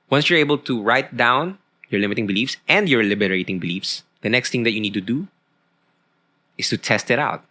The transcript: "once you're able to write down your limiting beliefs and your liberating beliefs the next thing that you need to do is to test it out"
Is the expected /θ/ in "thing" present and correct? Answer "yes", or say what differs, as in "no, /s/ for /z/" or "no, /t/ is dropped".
no, /t/ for /θ/